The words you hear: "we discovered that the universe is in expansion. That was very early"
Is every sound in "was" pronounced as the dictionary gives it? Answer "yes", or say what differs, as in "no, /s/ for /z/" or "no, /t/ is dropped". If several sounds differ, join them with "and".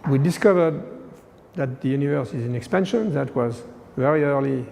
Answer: yes